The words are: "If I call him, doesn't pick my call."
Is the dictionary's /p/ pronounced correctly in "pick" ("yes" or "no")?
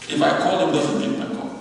no